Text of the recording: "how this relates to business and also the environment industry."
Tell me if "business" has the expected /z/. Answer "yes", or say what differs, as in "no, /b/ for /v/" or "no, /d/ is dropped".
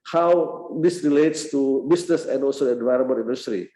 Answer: no, /s/ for /z/